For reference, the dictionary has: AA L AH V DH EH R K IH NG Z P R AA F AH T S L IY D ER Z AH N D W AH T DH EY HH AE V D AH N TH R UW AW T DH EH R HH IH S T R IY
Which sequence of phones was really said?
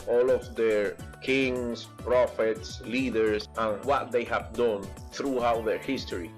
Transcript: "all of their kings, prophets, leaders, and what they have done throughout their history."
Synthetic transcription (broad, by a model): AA L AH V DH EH R K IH NG S P R AA F AH T S L IY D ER S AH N W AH T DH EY HH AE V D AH N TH R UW AW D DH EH R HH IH S T R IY